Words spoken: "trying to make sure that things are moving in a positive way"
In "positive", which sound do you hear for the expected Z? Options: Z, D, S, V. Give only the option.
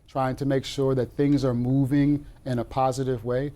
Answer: Z